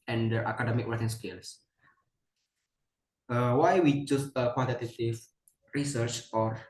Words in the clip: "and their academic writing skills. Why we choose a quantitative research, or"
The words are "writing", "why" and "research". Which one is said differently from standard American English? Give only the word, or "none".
writing